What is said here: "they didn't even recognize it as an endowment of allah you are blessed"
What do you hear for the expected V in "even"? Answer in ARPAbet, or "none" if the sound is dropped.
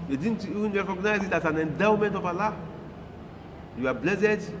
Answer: none